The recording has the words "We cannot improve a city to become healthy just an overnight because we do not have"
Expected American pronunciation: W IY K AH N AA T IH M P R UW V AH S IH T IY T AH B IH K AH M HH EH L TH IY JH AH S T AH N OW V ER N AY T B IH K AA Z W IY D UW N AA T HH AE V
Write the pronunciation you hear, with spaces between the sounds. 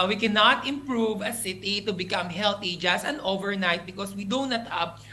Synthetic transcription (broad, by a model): W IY K AH N AA T IH M P R UW V AH S IH T IY T AH B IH K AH M HH EH L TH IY JH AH S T AH N OW V ER N AY T B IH K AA S W IY D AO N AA T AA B